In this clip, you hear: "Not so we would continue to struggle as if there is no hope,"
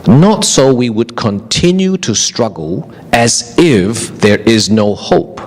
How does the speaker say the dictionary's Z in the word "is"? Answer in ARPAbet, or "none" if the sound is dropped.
Z